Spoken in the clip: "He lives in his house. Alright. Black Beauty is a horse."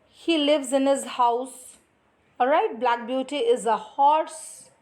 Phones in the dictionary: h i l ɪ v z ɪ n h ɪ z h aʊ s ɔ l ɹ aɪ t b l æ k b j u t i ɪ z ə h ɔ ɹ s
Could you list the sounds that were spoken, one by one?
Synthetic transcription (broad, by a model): h i l ɪ v z ɪ n h ɪ z h aʊ s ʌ ɹ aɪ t b l æ k b j u t i ɪ z ə h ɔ ɹ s